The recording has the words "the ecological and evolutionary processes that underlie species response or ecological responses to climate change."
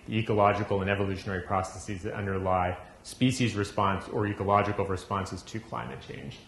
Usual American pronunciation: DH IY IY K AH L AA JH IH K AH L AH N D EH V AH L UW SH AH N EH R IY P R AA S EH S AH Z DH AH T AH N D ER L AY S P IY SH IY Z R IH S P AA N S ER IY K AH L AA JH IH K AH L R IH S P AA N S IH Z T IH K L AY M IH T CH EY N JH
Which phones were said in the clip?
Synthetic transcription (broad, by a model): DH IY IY K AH L AA JH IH K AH L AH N EH V AH L UW SH AH N EH R IY P R AA S EH S AH Z DH AH T AH N D ER L AY S P IY SH IY Z R IH S P AA N S ER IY K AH L AA JH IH K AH L R IH S P AA N S IH Z T IH K L AY M IH T CH EY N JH